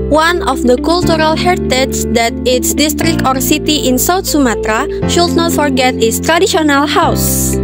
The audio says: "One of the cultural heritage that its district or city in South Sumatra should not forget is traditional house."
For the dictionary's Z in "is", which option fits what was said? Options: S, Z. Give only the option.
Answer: S